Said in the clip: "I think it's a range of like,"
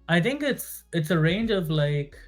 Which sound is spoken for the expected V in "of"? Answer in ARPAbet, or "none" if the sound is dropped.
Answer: V